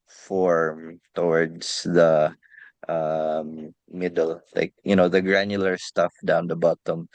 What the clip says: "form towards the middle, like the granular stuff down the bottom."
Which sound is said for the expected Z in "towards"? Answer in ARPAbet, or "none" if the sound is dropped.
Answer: S